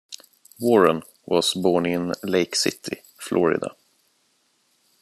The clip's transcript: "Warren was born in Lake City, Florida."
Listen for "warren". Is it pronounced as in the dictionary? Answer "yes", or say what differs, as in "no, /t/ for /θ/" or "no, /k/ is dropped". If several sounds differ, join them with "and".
yes